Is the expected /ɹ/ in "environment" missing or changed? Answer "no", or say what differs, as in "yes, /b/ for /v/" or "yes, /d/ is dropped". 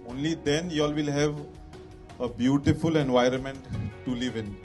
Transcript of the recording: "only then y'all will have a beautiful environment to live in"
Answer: no